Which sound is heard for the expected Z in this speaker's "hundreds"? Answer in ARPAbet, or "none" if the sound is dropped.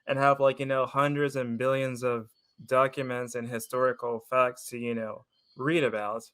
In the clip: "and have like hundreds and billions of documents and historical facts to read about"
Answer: Z